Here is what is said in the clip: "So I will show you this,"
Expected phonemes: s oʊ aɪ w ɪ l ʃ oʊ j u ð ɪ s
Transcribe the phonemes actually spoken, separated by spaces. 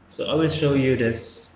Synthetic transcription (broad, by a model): s oʊ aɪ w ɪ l ʃ oʊ j u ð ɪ s